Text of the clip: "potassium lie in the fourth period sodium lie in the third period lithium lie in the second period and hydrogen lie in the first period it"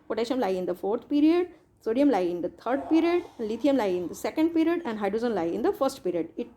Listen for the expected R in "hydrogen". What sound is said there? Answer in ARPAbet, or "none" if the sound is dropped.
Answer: none